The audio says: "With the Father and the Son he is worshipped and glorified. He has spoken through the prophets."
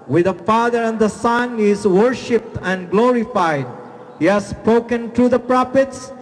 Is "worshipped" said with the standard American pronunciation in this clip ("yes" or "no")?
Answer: yes